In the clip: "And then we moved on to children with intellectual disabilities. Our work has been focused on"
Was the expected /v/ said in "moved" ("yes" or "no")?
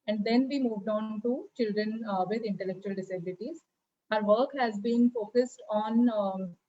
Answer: yes